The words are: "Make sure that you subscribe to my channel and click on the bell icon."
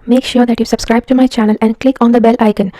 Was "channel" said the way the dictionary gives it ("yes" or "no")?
yes